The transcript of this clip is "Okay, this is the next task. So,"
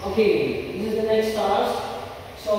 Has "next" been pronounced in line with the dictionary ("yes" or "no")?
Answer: no